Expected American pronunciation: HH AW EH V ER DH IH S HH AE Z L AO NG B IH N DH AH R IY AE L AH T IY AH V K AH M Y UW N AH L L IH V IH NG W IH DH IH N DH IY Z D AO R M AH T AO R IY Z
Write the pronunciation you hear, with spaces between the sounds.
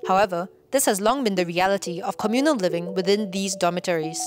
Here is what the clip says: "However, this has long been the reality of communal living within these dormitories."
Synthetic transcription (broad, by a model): HH AW EH V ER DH IH S HH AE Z L AO NG B IH N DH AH R IY AE L AH T IY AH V K AH M Y UW N AH L L IH V IH NG W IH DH IH N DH IY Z D AO M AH T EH R IY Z